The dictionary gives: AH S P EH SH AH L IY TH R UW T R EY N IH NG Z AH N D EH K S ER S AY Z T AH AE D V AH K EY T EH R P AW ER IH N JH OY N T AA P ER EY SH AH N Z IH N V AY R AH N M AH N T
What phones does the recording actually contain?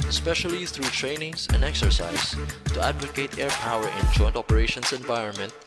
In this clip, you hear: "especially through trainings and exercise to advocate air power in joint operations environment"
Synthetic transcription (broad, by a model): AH S P EH SH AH L IY TH R UW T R EY N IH NG S AH N D EH K S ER S AY S T AH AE D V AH K EY T EH R P AW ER IH N JH OY N T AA P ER EY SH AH N S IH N V AY R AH N M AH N T